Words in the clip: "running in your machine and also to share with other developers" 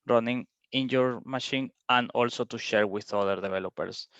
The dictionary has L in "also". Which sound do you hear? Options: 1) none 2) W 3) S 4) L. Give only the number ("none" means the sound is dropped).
4